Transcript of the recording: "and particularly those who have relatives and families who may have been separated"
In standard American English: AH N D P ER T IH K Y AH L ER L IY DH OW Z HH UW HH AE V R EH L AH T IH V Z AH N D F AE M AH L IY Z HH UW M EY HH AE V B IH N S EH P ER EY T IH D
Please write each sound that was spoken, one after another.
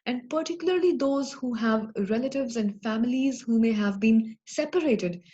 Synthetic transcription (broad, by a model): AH N D P ER T IH K Y AH L ER L IY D OW Z HH UW HH AE V R EH L AH T IH V Z AH N D F AE M AH L IY Z HH UW M EY HH AE V B IH N S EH P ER EY T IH D